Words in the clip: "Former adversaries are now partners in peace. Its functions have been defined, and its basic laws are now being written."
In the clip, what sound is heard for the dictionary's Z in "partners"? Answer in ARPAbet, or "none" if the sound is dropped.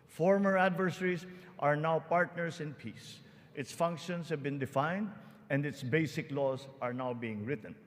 S